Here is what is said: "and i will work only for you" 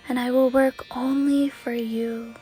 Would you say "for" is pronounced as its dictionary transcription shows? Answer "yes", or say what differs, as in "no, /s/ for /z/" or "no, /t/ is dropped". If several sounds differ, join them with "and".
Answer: yes